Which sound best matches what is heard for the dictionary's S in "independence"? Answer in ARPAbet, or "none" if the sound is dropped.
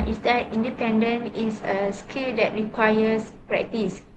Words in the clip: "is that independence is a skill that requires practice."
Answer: none